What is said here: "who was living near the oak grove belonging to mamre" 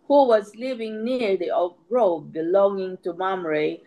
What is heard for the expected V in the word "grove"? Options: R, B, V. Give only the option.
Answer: B